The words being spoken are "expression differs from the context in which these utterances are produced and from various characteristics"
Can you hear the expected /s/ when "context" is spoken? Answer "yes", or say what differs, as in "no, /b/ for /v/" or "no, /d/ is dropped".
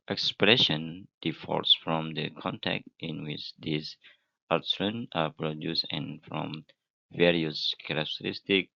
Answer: no, /s/ is dropped